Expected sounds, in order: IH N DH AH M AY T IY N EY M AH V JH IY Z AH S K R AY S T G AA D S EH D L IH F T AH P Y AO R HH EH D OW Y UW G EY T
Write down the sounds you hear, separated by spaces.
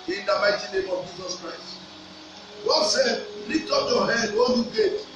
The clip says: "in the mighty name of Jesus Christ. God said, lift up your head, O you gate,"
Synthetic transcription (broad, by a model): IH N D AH M AY T IY N EY M AH V JH IY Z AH S K R AY S T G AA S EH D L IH T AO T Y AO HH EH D OW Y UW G EY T